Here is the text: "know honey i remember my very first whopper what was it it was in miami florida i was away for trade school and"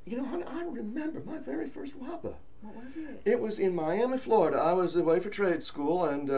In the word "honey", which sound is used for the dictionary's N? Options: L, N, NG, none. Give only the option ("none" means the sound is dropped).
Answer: none